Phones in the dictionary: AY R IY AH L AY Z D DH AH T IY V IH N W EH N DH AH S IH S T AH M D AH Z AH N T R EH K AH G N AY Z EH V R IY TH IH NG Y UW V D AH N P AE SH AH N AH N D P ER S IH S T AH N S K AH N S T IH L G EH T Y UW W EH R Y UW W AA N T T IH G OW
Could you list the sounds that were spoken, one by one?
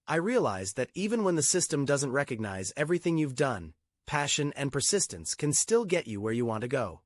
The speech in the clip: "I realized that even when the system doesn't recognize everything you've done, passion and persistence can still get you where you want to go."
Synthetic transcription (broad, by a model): AY R IY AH L AY Z DH AH T IY V IH N W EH N DH AH S IH S T AH M D AH Z AH N T R EH K AH G N AY Z EH V R IY TH IH NG Y UW V D AH N P AE SH AH N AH N P ER S IH S T AH N S K AH N S T IH L G EH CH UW W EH R Y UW W AA N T T IH G OW